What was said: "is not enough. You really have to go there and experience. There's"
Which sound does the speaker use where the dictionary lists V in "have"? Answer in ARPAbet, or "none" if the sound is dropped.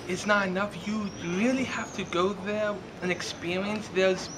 F